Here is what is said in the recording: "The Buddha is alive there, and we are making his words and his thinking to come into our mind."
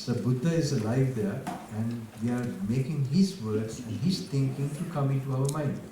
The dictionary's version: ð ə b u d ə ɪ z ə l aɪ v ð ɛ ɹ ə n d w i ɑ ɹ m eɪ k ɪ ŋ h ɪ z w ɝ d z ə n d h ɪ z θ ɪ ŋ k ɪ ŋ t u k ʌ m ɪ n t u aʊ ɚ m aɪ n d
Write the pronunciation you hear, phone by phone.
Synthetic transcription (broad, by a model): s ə b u d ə ɪ z ə l aɪ v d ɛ ɹ ə n d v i ɑ ɹ m eɪ k ɪ ŋ h ɪ z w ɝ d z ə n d h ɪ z t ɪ ŋ k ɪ ŋ t u k ʌ m ɪ n t u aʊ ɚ m aɪ n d